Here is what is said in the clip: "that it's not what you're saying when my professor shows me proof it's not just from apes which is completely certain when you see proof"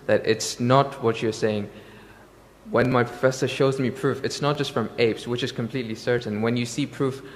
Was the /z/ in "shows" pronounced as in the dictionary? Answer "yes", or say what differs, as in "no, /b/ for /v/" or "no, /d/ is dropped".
yes